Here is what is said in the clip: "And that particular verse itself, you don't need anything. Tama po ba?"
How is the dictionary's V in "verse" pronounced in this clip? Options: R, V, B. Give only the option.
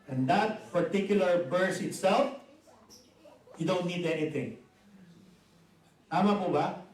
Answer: B